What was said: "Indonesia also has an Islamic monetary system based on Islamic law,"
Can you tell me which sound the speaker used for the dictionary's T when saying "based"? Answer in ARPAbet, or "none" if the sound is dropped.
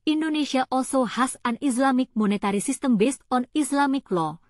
T